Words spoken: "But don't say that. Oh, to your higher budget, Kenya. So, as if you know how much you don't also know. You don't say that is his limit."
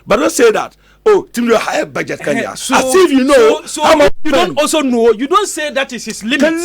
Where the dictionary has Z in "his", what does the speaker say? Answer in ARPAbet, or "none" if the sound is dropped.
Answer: S